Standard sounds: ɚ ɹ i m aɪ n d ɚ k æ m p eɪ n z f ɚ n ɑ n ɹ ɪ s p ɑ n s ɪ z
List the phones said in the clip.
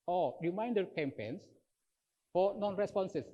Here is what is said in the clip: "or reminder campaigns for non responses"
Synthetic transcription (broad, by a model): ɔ ɹ i m aɪ n d ɚ k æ m p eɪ n s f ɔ n ɑ n ɹ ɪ s p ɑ n s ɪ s